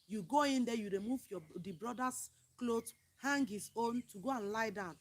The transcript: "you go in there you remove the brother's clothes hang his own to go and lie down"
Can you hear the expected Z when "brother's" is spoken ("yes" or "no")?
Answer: no